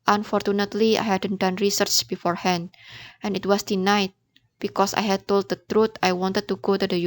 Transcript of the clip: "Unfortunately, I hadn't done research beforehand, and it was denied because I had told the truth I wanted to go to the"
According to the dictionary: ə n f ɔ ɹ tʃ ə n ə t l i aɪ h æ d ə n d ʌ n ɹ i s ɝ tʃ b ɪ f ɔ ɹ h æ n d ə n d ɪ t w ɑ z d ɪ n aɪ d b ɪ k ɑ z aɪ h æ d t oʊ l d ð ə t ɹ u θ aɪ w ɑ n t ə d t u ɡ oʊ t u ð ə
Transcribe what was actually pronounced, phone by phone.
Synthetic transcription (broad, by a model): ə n f ɔ ɹ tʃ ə n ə t l i aɪ h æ d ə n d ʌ n ɹ i s ɝ tʃ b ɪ f ɔ ɹ h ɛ n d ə n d ɪ t w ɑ s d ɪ n aɪ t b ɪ k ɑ s aɪ h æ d t oʊ l d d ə t ɹ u t aɪ w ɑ n t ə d t u ɡ oʊ t u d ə